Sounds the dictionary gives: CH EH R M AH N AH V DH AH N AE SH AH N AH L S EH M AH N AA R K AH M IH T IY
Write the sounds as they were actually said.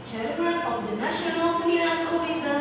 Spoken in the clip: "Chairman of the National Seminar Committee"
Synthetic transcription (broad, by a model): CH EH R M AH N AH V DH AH N AE SH AH N AH L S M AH AA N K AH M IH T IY